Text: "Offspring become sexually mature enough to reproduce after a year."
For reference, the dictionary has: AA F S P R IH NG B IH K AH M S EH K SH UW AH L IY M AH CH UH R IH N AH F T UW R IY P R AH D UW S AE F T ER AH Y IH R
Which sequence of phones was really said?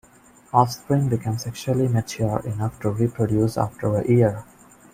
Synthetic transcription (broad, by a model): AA S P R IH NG B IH K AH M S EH K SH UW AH L IY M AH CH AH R IH N AH F T UW R IY P R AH D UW S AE F T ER AH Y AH R